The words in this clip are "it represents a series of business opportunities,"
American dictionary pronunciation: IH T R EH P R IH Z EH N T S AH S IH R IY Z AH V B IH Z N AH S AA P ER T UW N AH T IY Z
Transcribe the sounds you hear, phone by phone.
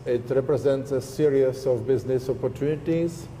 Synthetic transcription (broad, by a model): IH T R EH P R IH Z EH N T S AH S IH R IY S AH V B IH Z N AH S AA P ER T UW N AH T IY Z